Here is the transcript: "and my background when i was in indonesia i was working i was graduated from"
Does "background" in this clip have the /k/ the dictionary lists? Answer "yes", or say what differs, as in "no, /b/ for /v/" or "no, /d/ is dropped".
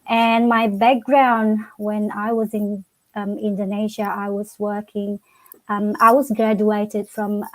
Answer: yes